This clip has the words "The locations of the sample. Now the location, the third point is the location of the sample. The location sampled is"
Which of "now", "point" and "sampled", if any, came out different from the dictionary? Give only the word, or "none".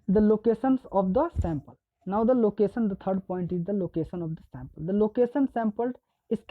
sampled